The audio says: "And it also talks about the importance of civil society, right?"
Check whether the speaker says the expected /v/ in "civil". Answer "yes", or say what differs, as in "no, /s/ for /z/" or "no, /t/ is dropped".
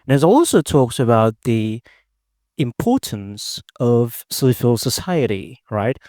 no, /f/ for /v/